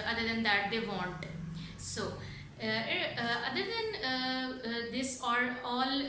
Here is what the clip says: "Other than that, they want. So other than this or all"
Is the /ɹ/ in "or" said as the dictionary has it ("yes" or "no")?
no